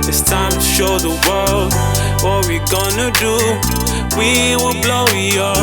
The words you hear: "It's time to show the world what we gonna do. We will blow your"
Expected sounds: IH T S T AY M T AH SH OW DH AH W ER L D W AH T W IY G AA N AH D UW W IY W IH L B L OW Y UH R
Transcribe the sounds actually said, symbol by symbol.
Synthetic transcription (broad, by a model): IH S T AY M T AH SH OW DH AH W ER L D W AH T W IY G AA N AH D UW W IY W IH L B L OW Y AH